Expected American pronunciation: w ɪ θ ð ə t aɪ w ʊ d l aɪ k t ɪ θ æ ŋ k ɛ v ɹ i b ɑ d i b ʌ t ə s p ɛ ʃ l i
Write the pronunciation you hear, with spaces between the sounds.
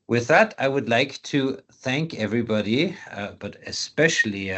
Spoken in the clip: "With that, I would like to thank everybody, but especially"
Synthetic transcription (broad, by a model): w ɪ ð ə t aɪ w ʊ d l aɪ k t ɪ θ æ ŋ k ɛ v ɹ i b ɑ d i b ʌ t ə s p ɛ ʃ l i